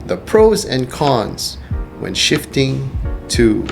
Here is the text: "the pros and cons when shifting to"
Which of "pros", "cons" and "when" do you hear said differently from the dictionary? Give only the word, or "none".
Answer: none